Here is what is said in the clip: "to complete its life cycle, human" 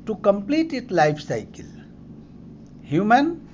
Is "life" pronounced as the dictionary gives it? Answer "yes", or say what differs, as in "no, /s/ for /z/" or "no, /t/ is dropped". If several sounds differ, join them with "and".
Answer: no, /p/ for /f/